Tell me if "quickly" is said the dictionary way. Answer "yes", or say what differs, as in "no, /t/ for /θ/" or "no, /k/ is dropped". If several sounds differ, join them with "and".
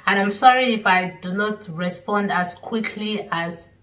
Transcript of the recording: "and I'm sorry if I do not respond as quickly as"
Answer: yes